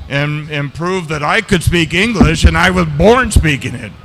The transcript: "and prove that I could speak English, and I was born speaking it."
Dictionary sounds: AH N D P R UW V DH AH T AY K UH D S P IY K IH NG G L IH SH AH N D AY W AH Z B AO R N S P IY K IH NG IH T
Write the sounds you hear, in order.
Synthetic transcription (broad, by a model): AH N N P R UW V DH AH T AY K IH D S P IY K IH NG G L IH SH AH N AY W AH Z B AO R N S P IY K IH NG IH T